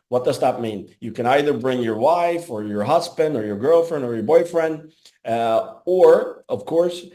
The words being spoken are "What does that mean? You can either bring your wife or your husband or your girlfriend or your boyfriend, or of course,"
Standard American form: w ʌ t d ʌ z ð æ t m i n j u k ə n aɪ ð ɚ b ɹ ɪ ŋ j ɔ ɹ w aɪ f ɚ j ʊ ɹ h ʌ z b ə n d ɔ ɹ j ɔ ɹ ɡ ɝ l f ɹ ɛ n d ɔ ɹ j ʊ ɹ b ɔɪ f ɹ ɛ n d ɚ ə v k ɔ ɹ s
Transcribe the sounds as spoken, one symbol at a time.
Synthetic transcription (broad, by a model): w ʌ t d ʌ z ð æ t m i n j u k ə n aɪ ð ɚ b ɹ ɪ ŋ j ɔ ɹ w aɪ f ɚ j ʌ ɹ h ʌ z b ə n d ɔ ɹ j ɔ ɹ ɡ ɝ l f ɹ ɛ n d ɔ ɹ j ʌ ɹ b ɔɪ f ɹ ɛ n d ɚ ə v k ɔ ɹ s